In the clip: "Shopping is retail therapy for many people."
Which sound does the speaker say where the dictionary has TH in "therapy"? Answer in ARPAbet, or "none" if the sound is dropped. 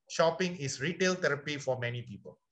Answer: T